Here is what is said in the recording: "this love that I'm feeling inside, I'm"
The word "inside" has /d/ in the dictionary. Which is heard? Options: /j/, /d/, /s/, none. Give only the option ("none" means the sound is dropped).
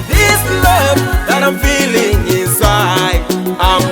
none